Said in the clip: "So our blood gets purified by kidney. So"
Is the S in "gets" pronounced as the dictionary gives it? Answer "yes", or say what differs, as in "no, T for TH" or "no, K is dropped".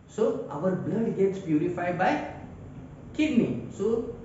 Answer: yes